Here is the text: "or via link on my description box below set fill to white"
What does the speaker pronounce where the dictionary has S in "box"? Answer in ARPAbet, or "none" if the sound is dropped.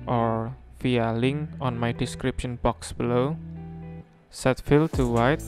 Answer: S